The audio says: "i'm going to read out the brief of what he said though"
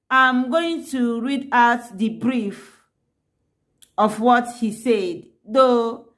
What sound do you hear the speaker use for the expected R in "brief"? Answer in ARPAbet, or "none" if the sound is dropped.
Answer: R